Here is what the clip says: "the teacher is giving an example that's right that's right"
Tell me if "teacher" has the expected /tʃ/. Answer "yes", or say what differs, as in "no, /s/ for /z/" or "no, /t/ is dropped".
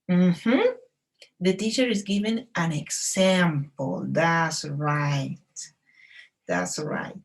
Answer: yes